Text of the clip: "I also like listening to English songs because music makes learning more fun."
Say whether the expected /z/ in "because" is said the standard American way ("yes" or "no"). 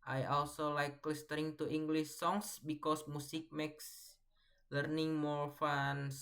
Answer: no